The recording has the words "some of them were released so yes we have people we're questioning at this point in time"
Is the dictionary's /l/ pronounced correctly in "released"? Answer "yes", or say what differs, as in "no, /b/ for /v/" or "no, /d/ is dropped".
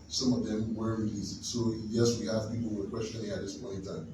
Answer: no, /l/ is dropped